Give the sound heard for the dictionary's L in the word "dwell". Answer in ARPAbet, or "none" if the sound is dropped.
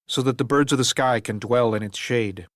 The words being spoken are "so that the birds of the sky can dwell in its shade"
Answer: L